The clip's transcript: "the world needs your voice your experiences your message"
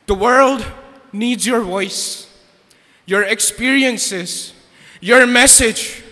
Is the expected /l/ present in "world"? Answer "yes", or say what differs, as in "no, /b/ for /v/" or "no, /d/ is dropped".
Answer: yes